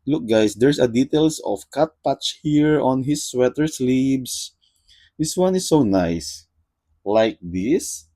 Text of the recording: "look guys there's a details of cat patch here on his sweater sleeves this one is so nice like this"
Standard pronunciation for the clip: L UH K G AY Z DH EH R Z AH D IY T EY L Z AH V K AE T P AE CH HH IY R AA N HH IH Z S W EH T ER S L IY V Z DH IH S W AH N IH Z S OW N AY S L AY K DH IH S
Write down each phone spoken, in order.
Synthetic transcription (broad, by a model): L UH K G AY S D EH R S AH D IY T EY L S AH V K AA T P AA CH HH IY R AA N HH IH S W EH T ER S L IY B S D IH S W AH N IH S OW N AY S L AY K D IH S